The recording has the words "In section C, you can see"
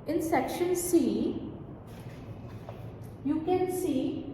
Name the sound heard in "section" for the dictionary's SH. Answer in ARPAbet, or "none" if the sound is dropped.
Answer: SH